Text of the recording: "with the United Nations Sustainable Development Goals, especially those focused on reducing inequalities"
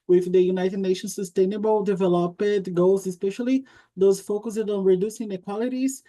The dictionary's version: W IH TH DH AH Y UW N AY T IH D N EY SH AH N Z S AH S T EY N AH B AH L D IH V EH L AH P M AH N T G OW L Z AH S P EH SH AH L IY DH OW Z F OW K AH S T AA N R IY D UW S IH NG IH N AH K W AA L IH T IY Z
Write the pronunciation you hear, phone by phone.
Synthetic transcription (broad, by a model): W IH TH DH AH Y UW N AY T IH D N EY SH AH N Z S AH S T EY N AH B AH L D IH V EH L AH P AH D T G OW L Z AH S P EH SH AH L IY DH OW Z F OW K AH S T AA N R IY D UW S IH NG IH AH K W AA L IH T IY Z